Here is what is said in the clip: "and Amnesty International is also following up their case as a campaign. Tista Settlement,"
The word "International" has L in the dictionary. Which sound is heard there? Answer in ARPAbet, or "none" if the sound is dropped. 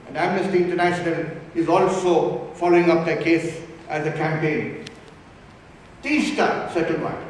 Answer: N